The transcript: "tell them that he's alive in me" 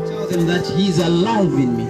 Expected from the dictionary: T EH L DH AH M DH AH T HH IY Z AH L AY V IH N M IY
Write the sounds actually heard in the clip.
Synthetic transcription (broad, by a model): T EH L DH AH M DH AH T HH IY Z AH L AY W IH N M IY